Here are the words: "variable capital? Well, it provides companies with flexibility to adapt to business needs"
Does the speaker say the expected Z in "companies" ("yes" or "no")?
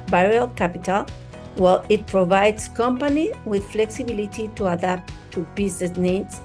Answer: no